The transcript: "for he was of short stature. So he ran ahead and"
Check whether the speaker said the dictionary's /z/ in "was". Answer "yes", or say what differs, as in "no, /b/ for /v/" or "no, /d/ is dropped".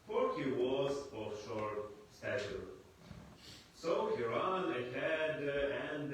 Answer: yes